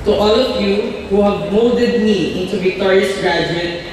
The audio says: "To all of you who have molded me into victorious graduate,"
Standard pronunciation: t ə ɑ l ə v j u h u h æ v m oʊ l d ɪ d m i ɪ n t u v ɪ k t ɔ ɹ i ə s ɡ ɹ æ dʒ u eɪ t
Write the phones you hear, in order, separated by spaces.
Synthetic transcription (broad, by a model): t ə ɑ l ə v j u h u h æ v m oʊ d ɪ d m i ɪ n t u v ɪ k t ɔ ɹ i ə s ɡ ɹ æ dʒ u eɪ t